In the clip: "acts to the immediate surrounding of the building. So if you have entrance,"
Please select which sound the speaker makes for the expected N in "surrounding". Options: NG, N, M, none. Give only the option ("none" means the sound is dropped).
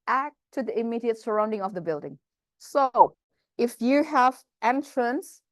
N